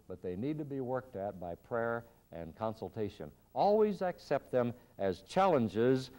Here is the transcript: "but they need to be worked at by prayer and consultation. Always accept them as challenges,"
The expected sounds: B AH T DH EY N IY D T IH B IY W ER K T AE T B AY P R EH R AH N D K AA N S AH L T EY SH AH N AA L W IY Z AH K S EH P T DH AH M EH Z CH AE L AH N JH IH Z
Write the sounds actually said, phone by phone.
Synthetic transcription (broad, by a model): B AH T DH EY N IY D T IH B IY W ER K T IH T B AY P R EH R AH N K AA N S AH L T EY SH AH N AA L W IY Z AH K S EH P T DH AH M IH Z CH AE L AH N JH IH Z